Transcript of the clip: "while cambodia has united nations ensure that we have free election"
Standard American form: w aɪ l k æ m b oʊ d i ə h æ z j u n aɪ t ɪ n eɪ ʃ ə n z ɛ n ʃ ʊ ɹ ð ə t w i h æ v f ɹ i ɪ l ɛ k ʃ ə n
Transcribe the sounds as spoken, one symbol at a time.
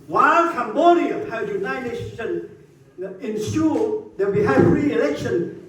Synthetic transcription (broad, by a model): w aɪ l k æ m b oʊ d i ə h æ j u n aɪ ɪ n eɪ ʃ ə n ɛ n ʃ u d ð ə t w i h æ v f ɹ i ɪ l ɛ k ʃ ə n